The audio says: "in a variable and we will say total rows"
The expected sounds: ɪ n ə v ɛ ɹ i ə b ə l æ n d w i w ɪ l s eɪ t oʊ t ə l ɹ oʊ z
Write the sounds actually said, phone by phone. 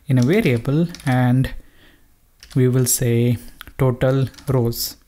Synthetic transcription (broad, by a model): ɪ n ə v ɛ ɹ i ə b ə l æ n d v i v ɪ l s eɪ t oʊ t ə l ɹ oʊ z